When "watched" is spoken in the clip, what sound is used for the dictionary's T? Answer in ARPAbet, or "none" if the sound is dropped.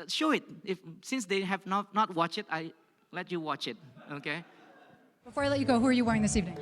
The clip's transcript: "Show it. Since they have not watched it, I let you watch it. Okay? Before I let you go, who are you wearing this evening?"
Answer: none